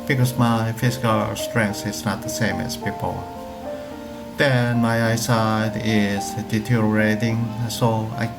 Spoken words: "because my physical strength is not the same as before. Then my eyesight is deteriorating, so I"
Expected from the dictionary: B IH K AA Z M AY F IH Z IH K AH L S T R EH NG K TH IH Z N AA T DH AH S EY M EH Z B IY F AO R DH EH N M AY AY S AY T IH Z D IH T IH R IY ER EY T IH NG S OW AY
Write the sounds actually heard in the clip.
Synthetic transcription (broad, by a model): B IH K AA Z M AY F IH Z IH K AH L S T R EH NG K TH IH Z N AA T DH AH S EY M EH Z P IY P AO L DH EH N M AY AY S AY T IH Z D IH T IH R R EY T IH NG S OW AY